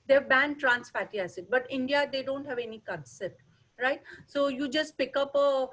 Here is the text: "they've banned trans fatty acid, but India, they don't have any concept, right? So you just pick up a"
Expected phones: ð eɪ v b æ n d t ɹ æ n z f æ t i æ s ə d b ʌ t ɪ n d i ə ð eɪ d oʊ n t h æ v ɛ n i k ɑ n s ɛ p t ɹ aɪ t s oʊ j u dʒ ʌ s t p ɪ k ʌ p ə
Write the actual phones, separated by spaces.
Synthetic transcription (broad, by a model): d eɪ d b æ n d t ɹ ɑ n s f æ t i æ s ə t b ʌ t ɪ n d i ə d eɪ d oʊ n t h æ v ɛ n i k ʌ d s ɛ t ɹ aɪ t s oʊ j u dʒ ʌ s t p ɪ k ʌ p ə